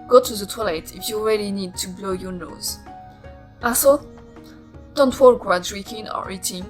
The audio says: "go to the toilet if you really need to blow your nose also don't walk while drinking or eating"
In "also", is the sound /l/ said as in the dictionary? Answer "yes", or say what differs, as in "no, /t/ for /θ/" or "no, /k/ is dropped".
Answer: no, /l/ is dropped